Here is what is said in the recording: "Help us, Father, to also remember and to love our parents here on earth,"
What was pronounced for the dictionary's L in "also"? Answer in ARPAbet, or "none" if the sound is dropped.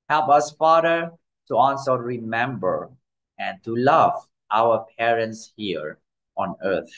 N